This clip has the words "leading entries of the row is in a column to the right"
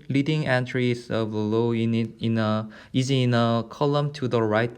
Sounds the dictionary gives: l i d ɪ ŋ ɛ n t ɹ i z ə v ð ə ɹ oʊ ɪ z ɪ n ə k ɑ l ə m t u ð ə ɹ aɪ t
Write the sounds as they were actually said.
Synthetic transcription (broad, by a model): l i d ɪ ŋ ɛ n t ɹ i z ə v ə l oʊ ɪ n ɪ n ə k ɑ l ə m t u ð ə ɹ aɪ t